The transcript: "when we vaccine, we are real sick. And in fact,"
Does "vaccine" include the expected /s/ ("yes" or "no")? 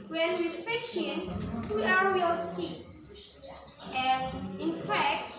no